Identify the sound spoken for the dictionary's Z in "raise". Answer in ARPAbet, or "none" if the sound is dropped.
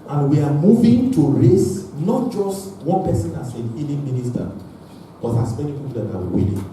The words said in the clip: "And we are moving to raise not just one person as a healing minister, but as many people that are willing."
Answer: S